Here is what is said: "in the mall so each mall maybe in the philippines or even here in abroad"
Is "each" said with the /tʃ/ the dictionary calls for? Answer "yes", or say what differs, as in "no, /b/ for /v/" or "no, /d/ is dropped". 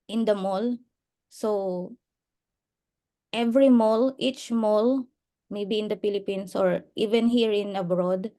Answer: yes